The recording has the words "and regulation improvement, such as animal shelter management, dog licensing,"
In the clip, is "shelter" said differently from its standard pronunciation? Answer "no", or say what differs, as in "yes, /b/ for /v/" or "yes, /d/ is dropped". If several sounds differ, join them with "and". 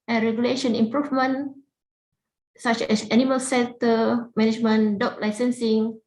yes, /s/ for /ʃ/ and /n/ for /l/